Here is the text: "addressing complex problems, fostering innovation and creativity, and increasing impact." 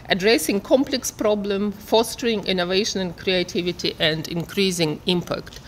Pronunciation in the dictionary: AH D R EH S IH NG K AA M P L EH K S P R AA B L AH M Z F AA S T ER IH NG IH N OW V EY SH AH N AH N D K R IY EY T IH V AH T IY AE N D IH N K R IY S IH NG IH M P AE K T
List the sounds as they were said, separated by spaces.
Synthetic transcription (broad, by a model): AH D R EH S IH NG K AA M P L EH K S P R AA B L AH M F AA S T ER IH NG IH N OW V EY SH AH N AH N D K R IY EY T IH V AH T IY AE N D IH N K R IY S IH NG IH M P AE K T